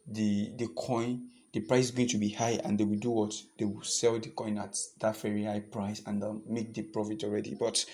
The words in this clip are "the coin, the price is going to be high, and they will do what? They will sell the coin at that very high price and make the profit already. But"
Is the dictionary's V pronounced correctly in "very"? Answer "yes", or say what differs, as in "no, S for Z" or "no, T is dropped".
no, F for V